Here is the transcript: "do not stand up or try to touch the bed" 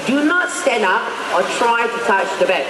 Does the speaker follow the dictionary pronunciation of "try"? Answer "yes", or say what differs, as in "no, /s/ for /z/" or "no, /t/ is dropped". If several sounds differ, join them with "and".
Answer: yes